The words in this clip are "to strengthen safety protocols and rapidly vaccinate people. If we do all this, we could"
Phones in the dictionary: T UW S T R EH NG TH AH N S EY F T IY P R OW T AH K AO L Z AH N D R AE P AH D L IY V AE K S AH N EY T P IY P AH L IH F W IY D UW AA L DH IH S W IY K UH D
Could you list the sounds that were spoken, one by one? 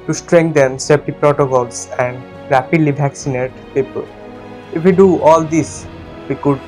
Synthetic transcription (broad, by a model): T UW S T R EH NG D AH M S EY P T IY P R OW T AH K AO L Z AH N D R AE P AH D L IY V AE K S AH N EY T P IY P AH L IH F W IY D UW AA L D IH S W IY K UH D